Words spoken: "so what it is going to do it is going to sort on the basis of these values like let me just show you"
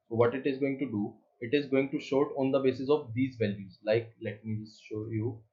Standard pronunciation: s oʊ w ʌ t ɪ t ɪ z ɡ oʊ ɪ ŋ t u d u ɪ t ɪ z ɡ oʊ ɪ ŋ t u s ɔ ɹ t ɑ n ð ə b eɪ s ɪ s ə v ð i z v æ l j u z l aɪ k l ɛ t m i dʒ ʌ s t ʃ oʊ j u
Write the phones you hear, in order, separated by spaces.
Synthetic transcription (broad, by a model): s oʊ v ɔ t ɪ t ɪ z ɡ oʊ ɪ ŋ t u d u ɪ t ɪ z ɡ oʊ ɪ ŋ t u ʃ ɔ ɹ t ɑ n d ə b eɪ s ɪ s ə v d i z v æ l j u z l aɪ k l ɛ t m i dʒ ʌ s t ʃ oʊ j u